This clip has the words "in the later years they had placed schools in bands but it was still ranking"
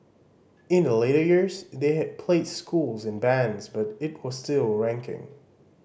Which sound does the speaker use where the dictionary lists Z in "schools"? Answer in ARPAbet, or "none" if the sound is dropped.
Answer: Z